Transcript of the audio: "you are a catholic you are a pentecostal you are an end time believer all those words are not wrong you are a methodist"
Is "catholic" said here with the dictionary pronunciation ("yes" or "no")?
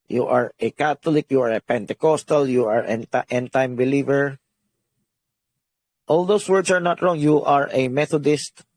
no